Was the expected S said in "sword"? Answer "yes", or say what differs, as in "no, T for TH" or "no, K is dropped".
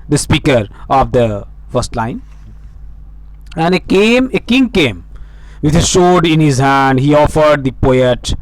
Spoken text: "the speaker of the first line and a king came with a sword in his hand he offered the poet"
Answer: no, SH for S